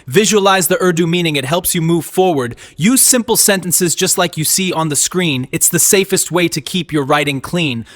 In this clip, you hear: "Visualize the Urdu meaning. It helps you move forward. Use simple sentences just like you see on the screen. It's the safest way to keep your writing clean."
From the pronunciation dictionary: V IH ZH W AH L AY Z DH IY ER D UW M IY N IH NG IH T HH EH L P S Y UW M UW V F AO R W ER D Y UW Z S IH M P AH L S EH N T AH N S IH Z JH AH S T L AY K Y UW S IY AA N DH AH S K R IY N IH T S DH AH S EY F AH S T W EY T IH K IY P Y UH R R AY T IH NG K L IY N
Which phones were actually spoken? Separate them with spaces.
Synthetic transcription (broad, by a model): V IH ZH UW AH L AY Z DH IY ER D UW M IY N IH NG IH T HH EH L P S Y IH M UW V F AO R W ER D Y UW Z S IH M P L S EH N T AH N S IH Z JH AH S T L AY K Y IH S IY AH N DH AH S K R IY N IH T S DH AH S EY F AH S T W EY T IH K IY P Y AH R R AY T IH NG K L IY N